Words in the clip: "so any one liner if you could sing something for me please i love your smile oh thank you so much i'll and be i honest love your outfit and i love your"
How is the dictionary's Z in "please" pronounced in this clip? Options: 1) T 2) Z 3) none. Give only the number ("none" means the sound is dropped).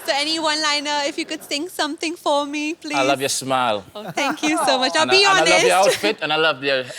3